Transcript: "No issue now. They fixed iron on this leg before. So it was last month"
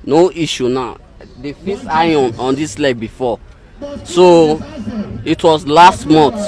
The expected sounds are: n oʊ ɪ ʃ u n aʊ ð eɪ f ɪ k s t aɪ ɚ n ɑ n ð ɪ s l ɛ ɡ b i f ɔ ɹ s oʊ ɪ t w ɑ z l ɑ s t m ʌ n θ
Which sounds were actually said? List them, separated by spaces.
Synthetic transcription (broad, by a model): n oʊ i ʃ u n aʊ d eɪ f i s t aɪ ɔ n ɑ n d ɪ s l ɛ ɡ b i f ɔ s oʊ ɪ t w ɑ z l ɑ s t m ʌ n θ